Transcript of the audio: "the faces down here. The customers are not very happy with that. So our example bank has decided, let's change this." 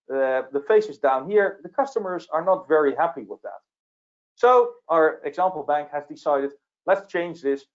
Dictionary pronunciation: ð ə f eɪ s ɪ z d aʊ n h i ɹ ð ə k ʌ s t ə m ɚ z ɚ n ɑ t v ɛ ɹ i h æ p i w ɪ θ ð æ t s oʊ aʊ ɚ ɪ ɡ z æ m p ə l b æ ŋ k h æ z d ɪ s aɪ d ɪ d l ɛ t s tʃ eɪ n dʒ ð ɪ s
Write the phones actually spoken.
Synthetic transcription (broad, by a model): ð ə f eɪ s ɪ z d aʊ n h i ɹ ð ə k ʌ s t ə m ɚ z ɚ n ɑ t v ɛ ɹ i h æ p i w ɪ ð æ t s oʊ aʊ ɚ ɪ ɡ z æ m p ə l b æ ŋ k h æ z d ɪ s aɪ d ɪ d l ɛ t s tʃ eɪ n dʒ ð ɪ s